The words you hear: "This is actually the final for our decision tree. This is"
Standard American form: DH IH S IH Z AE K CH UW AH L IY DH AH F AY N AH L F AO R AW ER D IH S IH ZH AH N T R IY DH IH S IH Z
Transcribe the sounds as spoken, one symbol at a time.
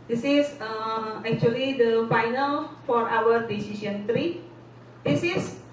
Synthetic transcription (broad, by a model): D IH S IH S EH K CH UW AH L IY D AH F AY N AH L F AO R AW ER D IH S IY S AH N T R IY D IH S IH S